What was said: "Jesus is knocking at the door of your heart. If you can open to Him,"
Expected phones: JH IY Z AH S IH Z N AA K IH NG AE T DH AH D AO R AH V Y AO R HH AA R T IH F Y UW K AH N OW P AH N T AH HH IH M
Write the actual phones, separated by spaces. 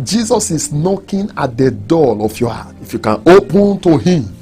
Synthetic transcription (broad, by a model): JH IY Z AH S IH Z N AA K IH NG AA T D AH D AO L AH F Y AO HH AA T IH F Y UW K AH N OW P AH N T AH HH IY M